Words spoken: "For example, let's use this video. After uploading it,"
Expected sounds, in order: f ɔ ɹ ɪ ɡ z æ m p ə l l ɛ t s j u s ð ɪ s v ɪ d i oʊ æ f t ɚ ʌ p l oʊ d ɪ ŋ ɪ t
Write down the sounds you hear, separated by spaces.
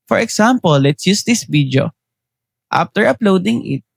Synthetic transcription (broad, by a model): f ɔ ɹ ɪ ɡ s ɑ m p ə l l ɛ t s j u s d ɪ s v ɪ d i oʊ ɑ f t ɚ ʌ p l oʊ d ɪ ŋ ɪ t